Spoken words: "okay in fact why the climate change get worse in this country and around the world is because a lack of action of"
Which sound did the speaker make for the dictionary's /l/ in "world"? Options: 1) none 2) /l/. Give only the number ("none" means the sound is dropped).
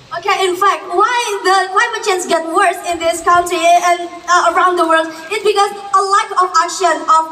2